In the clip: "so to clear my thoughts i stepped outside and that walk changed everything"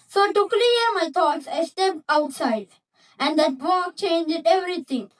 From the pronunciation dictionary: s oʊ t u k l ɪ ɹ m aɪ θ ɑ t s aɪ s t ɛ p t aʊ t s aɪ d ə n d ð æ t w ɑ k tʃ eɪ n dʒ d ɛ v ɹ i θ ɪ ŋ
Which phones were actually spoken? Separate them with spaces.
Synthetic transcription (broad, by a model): s oʊ t u k l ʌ ɹ m aɪ t ɑ t s aɪ s t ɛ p aʊ t s aɪ d ə n d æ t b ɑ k tʃ eɪ n dʒ d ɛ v ɹ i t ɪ ŋ